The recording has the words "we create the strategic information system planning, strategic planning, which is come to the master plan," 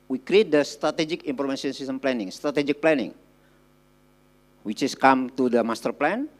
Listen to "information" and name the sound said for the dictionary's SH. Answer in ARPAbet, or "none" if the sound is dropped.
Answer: S